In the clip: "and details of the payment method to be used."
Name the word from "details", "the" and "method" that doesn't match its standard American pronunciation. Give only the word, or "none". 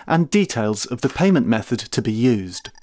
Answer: none